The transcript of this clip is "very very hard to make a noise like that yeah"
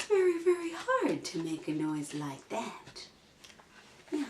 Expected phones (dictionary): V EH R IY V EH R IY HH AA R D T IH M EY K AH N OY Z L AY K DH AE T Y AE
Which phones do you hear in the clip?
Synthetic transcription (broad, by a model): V EH R IY V EH R IY HH AA R D T IH M EY K AH N OY Z L AY K DH AE T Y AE